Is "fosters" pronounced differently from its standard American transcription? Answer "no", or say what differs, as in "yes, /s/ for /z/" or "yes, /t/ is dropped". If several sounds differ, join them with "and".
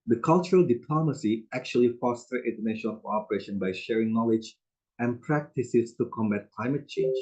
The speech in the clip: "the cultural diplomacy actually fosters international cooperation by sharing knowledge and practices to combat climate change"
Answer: yes, /z/ is dropped